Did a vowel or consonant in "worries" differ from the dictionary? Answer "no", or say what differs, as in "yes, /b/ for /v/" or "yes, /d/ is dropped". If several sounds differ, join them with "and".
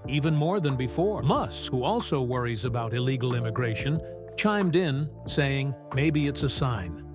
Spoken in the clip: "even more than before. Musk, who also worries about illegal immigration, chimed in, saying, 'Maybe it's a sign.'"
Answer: no